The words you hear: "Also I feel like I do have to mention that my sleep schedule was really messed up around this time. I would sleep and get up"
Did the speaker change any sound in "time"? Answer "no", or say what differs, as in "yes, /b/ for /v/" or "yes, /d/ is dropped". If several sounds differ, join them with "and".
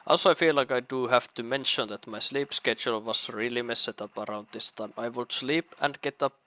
no